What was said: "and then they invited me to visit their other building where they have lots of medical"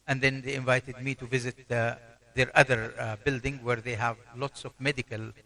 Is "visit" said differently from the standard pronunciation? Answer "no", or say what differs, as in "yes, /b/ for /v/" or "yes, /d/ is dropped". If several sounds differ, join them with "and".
no